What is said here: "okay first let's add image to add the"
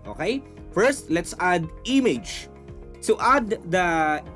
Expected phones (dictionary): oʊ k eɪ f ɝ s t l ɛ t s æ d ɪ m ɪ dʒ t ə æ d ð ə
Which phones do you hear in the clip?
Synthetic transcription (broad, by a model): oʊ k eɪ f ɝ s t l ɛ t s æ d ɪ m ɪ dʒ s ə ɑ d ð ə